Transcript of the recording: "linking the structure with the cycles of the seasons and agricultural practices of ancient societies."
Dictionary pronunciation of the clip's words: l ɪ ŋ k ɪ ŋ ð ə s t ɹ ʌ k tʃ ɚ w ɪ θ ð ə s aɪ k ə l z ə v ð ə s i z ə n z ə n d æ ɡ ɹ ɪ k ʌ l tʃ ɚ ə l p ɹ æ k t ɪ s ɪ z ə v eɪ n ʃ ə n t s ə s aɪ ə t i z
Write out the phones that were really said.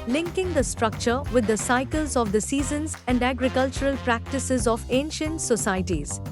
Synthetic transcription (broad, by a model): l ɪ ŋ k ɪ ŋ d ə s t ɹ ʌ k tʃ ɚ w ɪ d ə s aɪ k ə l z ə v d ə s i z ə n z ə n d æ ɡ ɹ ɪ k ʌ l tʃ ɚ ə l p ɹ æ k t ɪ s ɪ z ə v eɪ n ʃ ə n t s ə s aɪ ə t i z